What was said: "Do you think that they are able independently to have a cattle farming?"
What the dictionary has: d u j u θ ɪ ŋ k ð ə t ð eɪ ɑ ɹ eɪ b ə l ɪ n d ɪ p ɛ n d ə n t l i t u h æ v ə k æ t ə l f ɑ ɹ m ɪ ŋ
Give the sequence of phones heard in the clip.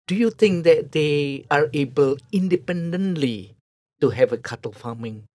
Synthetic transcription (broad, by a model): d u j u t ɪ ŋ k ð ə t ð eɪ ɑ ɹ eɪ b ə l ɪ n d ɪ p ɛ n d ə n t l i t u h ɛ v ə k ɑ t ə l f ɑ m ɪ ŋ